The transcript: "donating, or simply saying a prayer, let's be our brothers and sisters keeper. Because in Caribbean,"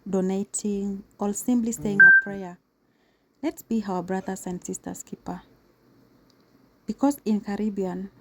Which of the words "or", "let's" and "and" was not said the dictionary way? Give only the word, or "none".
or